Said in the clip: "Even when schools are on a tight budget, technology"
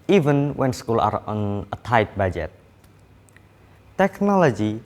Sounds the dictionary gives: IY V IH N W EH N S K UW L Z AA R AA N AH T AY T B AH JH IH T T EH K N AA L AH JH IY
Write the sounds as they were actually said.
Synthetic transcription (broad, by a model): IY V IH N W EH N S K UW L AA R AA N AH T AY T B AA JH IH T T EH K N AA L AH JH IY